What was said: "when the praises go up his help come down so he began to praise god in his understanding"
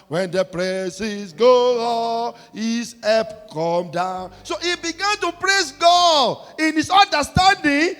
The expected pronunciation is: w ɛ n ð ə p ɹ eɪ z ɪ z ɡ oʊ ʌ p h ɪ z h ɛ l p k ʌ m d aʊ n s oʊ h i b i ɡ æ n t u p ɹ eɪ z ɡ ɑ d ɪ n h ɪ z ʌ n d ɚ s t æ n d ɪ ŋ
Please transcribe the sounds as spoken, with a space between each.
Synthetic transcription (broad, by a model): w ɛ n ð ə p ɹ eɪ s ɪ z ɡ oʊ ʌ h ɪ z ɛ p k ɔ m d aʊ n s oʊ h i b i ɡ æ n t u p ɹ eɪ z ɡ ɑ d ɪ n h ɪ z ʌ n d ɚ s t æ n d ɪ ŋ